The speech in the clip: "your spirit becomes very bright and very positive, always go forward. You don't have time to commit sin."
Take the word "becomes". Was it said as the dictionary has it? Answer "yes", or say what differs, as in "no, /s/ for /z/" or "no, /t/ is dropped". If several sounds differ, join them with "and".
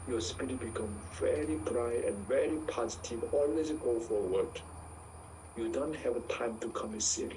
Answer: no, /z/ is dropped